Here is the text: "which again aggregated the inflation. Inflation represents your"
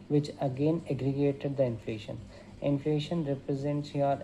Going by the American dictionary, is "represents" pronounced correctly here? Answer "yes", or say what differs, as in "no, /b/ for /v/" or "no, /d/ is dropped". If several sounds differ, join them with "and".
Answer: yes